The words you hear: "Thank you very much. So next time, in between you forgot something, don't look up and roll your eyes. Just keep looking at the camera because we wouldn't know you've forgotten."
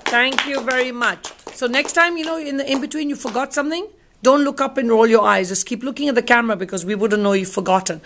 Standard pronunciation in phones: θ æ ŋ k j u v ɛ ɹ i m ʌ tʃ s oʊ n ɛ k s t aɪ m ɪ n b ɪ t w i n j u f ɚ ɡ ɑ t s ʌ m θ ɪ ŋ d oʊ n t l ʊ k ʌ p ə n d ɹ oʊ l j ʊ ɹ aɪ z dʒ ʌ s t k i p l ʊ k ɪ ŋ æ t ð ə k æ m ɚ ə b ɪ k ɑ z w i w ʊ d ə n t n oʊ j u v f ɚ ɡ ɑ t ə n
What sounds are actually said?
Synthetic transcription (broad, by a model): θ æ ŋ k j u v ɛ ɹ i m ʌ tʃ s oʊ n ɛ k s t aɪ m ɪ n b ɪ t w i n j u f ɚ ɡ ɑ t s ʌ m θ ɪ ŋ d oʊ n t l ʊ k ʌ p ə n ɹ oʊ l j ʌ ɹ aɪ z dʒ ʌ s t k i p l ʊ k ɪ ŋ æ t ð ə k æ m ɚ ə b ɪ k ɑ z w i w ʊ d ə n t n oʊ j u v f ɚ ɡ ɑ t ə n